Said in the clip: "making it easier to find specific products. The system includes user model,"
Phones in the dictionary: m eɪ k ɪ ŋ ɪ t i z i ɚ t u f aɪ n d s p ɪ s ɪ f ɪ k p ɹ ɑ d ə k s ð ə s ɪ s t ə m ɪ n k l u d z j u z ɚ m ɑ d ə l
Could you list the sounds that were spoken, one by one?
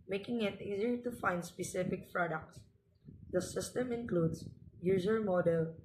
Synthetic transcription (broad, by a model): m eɪ k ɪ ŋ ɪ t i z i ɚ t u f aɪ n d s p ɪ s ɪ f ɪ k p ɹ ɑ d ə k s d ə s ɪ s t ə m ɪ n k l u d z j u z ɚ m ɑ d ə l